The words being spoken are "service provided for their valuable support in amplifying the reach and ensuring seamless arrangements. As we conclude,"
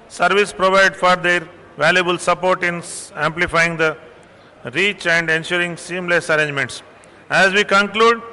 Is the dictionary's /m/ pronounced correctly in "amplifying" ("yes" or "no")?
yes